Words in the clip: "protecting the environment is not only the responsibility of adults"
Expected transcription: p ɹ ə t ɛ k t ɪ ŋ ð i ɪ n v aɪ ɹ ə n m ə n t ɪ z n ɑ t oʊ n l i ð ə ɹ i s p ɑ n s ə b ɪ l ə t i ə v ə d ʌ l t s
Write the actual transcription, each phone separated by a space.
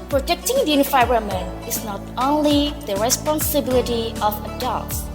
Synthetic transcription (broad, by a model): p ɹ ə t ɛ k t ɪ ŋ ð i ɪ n f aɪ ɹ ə m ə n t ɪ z n ɑ t oʊ n l i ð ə ɹ i s p ɑ n s ə b ɪ l ə t i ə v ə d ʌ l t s